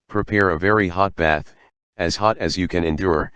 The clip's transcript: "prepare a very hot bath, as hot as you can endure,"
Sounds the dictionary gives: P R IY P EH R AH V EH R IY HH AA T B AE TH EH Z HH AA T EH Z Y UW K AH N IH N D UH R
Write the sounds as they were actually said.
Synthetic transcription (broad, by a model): P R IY P EH R AH V EH R IY HH AA T B AE TH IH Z HH AA T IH Z Y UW K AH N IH N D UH R